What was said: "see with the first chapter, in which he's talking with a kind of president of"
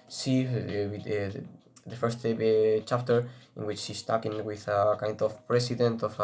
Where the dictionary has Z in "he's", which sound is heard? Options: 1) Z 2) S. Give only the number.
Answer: 2